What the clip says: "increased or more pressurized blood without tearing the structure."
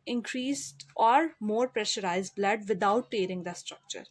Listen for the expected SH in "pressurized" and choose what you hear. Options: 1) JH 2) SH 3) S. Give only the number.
2